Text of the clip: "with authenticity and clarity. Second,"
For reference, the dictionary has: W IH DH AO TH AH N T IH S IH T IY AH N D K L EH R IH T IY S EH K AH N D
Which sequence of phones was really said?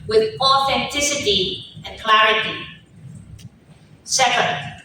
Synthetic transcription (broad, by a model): W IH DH AO TH AH N T IH S IH T IY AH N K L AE R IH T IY S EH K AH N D